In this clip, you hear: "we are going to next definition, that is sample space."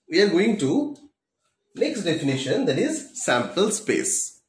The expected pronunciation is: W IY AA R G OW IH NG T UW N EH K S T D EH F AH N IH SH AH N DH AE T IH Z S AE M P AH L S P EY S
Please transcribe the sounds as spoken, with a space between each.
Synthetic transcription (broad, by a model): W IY AA R G OW IH NG T UW N EH K S T D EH F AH N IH SH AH N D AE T IH Z S AE M P AH L S P EY S